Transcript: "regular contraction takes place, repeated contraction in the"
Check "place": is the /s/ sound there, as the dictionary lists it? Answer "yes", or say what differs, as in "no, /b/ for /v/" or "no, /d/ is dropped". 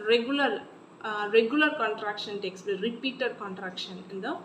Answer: no, /s/ is dropped